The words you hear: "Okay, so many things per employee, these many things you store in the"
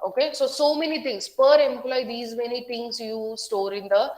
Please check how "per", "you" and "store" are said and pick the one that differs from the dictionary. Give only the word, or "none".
none